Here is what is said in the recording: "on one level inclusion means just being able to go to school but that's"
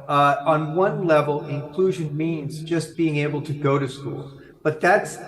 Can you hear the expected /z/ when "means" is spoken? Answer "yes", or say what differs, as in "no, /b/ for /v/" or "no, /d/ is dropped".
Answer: yes